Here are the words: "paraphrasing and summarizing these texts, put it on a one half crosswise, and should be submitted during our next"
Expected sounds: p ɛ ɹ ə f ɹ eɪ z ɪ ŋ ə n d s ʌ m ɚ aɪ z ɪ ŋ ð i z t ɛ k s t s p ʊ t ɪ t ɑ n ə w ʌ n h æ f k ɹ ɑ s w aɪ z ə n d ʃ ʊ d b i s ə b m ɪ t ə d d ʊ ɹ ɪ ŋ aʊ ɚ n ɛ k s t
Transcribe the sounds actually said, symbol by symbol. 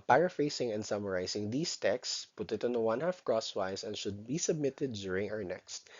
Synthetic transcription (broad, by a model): p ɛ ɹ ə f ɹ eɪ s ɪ ŋ ə n d s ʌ m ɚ aɪ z ɪ ŋ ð i s t ɛ k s s p ʊ t ɪ t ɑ n ə w ʌ n h æ f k ɹ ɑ s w aɪ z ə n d ʃ ʊ d b i s ə b m ɪ t ə d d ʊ ɹ ɪ ŋ aʊ ɚ n ɛ k s t